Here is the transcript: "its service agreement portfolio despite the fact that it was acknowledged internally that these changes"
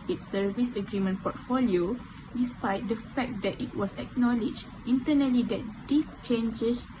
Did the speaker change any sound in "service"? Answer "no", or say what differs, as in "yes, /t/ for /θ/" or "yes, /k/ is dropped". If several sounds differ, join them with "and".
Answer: no